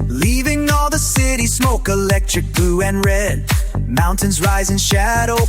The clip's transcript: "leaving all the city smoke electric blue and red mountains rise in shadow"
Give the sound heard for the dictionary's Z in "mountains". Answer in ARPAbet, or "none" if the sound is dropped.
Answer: Z